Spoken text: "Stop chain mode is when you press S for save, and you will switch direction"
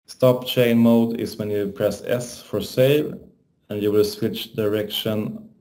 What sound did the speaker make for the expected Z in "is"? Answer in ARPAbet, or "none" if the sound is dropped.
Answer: S